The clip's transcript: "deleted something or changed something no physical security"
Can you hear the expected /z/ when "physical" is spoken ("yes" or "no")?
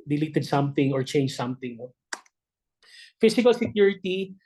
no